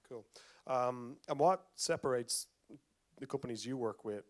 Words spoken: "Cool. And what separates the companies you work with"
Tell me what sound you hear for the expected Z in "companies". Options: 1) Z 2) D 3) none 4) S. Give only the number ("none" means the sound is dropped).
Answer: 1